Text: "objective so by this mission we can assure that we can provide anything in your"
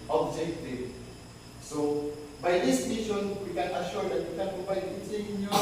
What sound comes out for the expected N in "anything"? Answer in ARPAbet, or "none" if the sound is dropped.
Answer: none